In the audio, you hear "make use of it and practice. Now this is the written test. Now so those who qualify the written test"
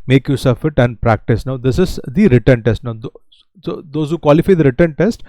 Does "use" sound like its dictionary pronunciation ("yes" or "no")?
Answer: yes